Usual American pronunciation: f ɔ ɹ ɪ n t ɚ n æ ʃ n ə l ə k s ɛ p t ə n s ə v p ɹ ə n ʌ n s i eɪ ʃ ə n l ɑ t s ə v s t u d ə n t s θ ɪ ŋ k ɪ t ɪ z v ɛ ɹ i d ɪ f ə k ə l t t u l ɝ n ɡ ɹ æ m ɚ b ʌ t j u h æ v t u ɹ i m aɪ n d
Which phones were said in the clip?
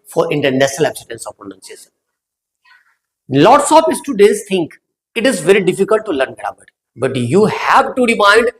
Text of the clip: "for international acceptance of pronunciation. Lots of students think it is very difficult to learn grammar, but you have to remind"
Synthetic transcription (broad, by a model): f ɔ ɹ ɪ n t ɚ n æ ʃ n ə l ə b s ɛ t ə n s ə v p ɹ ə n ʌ n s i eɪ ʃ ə n l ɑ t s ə p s t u d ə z t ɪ ŋ k ɪ t ɪ z v ɛ ɹ i d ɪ f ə k ə l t t u l ɝ n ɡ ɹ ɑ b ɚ b ʌ t j u h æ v t u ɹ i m aɪ n d